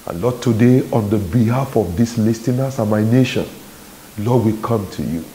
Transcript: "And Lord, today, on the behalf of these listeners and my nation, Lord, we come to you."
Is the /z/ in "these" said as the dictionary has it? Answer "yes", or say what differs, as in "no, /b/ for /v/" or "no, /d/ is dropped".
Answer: no, /s/ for /z/